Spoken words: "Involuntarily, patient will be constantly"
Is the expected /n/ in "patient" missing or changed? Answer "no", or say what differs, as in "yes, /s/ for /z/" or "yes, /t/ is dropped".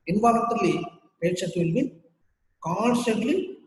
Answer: yes, /n/ is dropped